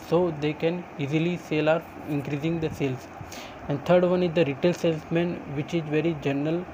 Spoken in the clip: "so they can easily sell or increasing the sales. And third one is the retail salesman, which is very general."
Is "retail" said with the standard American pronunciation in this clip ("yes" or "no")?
yes